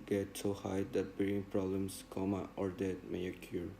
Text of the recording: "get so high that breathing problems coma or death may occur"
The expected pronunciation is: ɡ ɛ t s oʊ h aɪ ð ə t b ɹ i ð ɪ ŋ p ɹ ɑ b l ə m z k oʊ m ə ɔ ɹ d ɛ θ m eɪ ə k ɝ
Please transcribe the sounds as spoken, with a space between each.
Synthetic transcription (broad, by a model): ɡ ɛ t s oʊ h aɪ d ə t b i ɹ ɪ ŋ p ɹ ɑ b l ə m s k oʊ m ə ɔ ɹ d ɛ t m eɪ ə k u